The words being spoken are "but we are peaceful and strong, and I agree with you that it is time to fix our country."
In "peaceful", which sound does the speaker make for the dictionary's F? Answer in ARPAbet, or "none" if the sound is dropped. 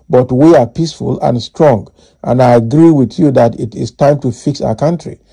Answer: F